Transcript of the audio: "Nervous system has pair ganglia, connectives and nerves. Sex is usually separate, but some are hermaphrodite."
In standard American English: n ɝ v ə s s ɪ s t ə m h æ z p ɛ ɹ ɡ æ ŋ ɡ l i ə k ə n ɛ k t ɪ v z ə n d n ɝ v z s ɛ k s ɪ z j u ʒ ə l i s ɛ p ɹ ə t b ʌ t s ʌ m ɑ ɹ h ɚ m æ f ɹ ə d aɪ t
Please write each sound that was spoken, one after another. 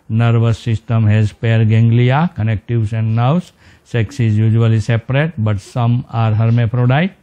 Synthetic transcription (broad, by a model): n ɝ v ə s s ɪ s t ə m h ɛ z p ɛ ɹ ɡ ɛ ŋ ɡ l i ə k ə n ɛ k t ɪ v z ə n d n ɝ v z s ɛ k s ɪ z j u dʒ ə l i s ɛ p ɹ ə t b ʌ t s ʌ m ɑ ɹ h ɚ m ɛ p ɹ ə d aɪ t